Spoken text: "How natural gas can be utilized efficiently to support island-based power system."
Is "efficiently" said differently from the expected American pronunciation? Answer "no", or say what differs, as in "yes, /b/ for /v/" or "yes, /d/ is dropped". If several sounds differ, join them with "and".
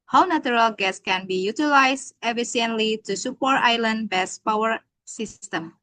yes, /ʃ/ is dropped